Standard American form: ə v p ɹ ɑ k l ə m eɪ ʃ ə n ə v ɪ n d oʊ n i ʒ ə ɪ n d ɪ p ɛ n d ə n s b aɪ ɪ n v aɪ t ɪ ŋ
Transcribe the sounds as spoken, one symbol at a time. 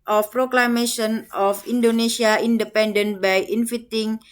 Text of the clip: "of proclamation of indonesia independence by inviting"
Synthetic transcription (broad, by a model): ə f p ɹ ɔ k l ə m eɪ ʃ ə n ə f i n d oʊ n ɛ s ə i n d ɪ p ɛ n d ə n b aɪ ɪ n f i t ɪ ŋ